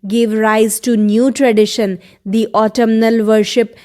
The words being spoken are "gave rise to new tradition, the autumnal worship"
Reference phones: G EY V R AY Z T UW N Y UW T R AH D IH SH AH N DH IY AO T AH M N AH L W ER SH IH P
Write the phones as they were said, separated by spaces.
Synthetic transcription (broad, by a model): G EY V R AY Z T UW N Y UW T R AH D IH SH AH N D IY AO T AH M N AH L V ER SH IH P